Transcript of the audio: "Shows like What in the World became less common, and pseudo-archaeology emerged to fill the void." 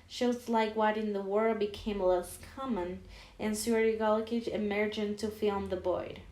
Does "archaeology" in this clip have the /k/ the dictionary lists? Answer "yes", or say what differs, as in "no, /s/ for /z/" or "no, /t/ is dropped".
no, /k/ is dropped